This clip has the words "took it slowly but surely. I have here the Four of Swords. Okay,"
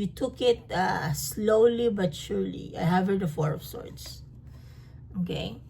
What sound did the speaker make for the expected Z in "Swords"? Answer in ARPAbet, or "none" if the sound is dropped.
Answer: S